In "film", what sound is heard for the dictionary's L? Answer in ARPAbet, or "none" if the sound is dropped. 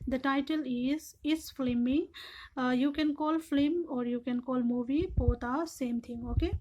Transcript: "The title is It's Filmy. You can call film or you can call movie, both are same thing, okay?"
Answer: none